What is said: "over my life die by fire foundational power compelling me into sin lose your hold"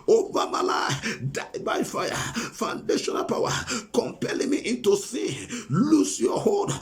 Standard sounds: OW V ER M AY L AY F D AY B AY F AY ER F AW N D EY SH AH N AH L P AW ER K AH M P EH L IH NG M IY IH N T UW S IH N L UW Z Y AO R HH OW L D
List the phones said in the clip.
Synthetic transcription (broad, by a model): OW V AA M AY L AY D AY B AY F AY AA F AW N D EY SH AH N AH L P AW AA K AH M P EH L IH NG M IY IH N T UW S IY L UW S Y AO HH OW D